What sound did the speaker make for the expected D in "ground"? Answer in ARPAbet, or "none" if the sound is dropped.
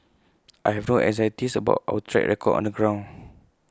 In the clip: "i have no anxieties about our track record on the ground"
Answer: none